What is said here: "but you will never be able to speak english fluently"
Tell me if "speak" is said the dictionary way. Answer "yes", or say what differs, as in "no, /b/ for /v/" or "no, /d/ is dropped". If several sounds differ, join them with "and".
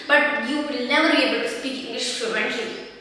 yes